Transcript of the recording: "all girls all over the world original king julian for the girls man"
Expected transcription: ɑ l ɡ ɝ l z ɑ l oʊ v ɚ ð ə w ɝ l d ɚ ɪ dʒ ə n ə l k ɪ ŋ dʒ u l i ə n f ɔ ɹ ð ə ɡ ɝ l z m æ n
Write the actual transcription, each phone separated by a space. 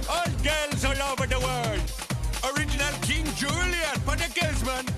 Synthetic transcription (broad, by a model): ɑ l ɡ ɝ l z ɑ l oʊ v ɚ ð ə w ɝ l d ɚ ɪ dʒ ə n ə l k ɪ ŋ dʒ u l i ə n p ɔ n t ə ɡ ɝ z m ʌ n